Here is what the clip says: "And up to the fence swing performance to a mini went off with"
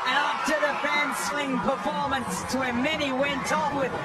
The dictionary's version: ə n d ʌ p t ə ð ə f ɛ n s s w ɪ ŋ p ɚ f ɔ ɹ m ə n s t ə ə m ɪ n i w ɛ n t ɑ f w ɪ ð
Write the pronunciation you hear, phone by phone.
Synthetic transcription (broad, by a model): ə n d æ f t ə ð ə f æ n s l ɪ ŋ p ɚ f ɔ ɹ m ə n s t ə ə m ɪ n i w ɛ n t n w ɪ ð